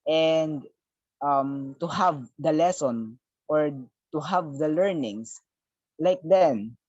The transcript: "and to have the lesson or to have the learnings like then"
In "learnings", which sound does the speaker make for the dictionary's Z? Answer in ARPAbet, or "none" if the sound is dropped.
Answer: S